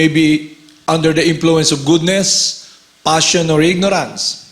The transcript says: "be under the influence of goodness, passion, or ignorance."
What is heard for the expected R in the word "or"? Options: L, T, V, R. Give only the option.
R